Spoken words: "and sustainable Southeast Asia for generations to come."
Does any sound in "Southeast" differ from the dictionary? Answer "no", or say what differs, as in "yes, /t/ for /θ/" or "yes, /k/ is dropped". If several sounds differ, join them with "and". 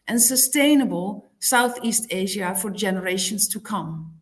no